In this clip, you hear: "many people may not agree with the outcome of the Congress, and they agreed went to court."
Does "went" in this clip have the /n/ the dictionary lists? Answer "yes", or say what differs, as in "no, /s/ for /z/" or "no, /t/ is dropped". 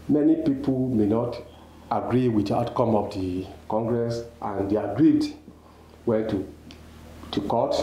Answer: no, /n/ is dropped